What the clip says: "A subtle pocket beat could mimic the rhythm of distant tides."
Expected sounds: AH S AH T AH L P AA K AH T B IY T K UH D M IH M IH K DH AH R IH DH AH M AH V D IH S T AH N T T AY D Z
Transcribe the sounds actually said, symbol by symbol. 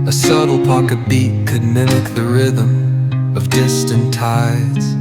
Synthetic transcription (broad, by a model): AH S AH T L P AA K AH T B IY T K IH D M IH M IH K DH AH R IH DH AH M AH V D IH S T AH N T T AY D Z